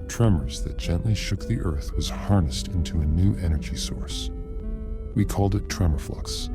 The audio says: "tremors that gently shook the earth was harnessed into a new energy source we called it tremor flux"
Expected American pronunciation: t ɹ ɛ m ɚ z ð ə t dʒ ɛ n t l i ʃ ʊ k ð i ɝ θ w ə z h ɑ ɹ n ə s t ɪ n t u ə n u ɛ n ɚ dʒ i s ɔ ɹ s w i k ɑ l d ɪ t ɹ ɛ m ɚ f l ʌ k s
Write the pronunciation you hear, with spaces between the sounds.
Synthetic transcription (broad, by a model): t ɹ ɛ m ɚ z ð ə t dʒ ɛ n t l i ʃ ʊ k ð i ɝ θ w ə z h ɑ ɹ n ə s t ɪ n t u ə n u ɛ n ɚ dʒ i s ɔ ɹ s w i k ɑ l d ɪ t ɹ ɛ m ɚ f l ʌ k s